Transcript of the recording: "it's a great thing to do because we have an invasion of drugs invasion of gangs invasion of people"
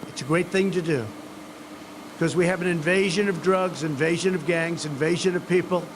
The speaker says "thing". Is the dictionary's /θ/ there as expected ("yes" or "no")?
yes